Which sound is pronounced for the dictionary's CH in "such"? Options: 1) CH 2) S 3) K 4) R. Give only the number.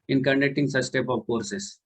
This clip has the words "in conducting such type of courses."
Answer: 2